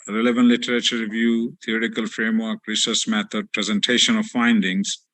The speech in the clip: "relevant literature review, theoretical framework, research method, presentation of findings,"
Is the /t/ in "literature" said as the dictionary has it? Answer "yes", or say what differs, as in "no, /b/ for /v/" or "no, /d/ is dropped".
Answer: yes